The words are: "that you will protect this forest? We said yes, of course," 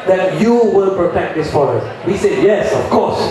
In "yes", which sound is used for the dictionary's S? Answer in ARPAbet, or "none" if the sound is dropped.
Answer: S